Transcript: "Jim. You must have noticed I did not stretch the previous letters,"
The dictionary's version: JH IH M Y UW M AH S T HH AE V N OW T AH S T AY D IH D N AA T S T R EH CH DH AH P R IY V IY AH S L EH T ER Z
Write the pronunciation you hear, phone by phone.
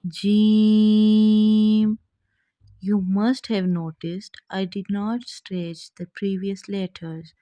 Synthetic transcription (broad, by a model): JH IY M Y UW M AH S T HH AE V N OW T AH S T AY D IH D N AA T S T R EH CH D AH P R IY V IY AH S L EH T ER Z